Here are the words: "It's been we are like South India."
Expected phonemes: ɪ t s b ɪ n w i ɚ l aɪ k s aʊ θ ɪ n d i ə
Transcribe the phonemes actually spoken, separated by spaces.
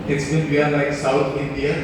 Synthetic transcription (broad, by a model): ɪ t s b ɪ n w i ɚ l aɪ k s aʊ t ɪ n d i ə